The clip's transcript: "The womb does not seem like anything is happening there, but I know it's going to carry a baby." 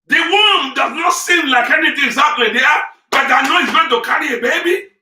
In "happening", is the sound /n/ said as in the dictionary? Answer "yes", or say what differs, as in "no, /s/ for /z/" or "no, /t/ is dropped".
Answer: no, /l/ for /n/